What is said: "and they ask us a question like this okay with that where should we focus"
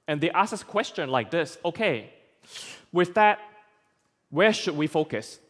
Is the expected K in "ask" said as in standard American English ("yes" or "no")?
no